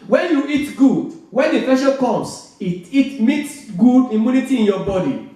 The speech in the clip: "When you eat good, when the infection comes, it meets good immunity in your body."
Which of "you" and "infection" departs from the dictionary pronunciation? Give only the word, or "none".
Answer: infection